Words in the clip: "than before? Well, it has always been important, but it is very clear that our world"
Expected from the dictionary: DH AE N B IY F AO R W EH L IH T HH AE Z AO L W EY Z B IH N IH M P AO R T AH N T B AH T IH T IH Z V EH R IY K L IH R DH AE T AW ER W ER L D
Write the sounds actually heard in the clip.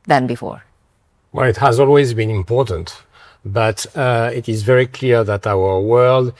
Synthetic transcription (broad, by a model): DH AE N B IY F AO R W EH L IH T HH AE Z AO L W EY Z B IH N IH M P AO R T AH N T B AH T IH T IH Z V EH R IY K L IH R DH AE T AW ER W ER L D